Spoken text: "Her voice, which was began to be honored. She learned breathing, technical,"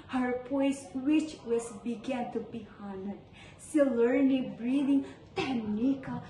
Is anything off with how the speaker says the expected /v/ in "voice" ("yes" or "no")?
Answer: yes